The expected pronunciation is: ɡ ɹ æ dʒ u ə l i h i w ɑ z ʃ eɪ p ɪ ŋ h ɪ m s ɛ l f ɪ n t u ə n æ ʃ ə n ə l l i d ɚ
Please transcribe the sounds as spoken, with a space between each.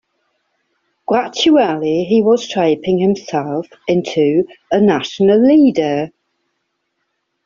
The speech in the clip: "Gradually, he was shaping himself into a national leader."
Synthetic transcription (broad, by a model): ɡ ɹ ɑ tʃ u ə l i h i w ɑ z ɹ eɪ p ɪ ŋ h ɪ m s ɛ l f ɪ n t u ə n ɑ ʃ ə n ə l l i d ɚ